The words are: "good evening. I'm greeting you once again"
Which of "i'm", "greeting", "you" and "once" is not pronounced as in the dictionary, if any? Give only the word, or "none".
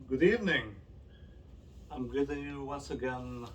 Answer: greeting